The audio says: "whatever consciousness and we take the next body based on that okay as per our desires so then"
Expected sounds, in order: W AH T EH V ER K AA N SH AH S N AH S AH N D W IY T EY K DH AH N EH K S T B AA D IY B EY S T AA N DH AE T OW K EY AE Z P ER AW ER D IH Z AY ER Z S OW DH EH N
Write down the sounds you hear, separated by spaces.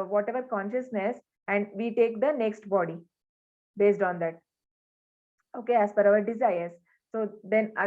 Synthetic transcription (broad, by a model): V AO T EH V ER K AA N SH AH S N AH S AH N D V IY T EY K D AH N EH K S T B AA D IY B EY S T AA N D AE T OW K EY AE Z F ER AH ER D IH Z AY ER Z S OW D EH N